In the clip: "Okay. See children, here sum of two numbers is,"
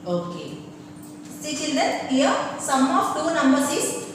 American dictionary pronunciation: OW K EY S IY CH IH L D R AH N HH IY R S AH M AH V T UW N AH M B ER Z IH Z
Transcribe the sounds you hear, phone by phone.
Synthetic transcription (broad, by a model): OW K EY S IY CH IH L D AH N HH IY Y S AH M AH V T UW N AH M B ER S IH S